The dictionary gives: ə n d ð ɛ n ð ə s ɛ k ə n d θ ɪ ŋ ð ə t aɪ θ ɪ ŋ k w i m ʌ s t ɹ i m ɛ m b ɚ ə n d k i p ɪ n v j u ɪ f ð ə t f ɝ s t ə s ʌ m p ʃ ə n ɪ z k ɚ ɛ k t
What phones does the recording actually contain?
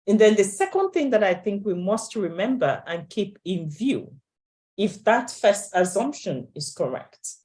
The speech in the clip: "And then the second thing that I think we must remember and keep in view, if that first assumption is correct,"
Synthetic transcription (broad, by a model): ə n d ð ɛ n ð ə s ɛ k ə n d θ ɪ ŋ ð ə t aɪ θ ɪ ŋ k w i m ʌ s t ɹ i m ɛ m b ɚ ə n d k i p ɪ n v j u ɪ f ð ə t f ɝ s t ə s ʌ m p ʃ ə n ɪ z k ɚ ɛ k t